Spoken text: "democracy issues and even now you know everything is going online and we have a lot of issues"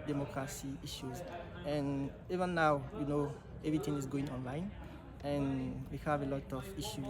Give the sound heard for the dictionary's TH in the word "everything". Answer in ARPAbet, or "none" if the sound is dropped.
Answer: T